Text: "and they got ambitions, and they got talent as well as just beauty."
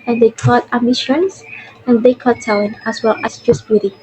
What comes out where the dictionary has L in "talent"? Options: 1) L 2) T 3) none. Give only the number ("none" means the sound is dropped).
3